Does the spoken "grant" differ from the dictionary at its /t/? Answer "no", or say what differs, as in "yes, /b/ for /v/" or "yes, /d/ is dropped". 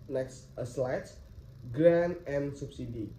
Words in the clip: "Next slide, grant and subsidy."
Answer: yes, /t/ is dropped